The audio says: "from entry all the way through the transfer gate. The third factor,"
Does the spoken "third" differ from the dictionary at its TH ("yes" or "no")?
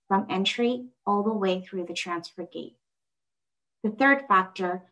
no